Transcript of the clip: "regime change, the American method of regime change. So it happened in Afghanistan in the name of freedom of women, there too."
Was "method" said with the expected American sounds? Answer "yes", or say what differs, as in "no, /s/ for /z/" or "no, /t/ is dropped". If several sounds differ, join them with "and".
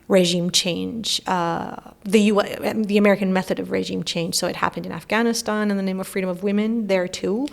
yes